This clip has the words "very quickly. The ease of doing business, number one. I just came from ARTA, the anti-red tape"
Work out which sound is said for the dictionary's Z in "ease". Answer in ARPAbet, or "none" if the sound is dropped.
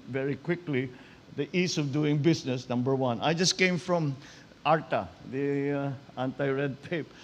S